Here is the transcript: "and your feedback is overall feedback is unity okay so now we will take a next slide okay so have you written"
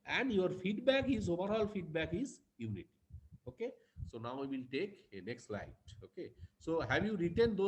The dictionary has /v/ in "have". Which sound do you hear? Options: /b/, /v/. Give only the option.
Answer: /b/